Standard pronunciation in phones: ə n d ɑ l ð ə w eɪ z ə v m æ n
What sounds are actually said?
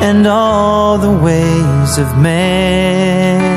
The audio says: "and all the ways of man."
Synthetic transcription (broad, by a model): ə n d ɑ l ð ə w eɪ z ə v m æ